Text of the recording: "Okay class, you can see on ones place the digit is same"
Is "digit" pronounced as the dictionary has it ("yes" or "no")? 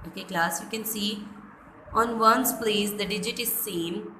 yes